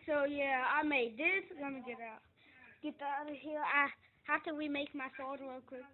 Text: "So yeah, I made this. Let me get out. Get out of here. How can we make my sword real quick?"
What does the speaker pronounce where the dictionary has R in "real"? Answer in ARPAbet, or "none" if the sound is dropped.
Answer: L